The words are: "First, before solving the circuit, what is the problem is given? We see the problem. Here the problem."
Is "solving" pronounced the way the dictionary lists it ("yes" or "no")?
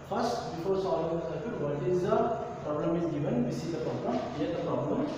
no